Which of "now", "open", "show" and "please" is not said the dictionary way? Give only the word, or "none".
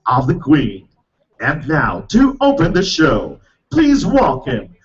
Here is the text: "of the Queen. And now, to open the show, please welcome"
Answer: none